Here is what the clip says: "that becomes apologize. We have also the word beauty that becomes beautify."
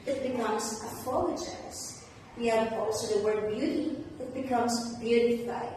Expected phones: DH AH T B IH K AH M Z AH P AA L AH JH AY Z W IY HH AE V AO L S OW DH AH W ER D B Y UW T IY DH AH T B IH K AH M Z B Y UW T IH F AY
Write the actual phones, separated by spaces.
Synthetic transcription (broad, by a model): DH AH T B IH K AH M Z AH F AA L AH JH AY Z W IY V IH F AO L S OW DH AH W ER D B Y UW T IY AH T B IH K AH M Z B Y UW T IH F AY